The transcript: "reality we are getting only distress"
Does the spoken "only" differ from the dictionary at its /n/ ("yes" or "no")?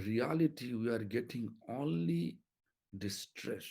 no